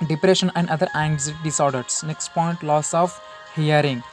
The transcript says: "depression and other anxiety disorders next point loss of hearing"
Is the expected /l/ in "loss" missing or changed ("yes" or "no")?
no